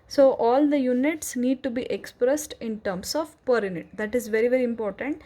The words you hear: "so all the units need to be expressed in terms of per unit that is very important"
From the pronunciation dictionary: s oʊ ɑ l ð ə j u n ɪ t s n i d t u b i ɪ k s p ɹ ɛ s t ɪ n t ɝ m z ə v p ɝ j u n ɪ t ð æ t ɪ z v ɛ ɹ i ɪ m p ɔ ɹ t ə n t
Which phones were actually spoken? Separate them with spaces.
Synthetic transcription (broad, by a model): s oʊ ɑ l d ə j u n ɪ t s n i d t u b i ɪ k s p ɹ ɛ s t ɪ n t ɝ m s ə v p ɝ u n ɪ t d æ t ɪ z v ɛ ɹ i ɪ m p ɔ ɹ t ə n t